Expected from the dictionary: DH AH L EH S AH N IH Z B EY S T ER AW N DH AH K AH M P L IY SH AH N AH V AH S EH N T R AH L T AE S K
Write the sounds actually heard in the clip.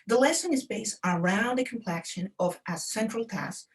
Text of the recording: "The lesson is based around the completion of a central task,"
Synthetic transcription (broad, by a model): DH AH L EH S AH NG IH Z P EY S ER AW N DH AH K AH M P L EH SH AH N AH V AH S EH N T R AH L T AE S